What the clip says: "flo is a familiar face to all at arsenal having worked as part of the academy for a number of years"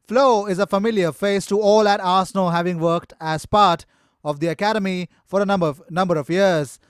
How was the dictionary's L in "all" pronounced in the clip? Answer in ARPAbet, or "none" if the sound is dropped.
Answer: L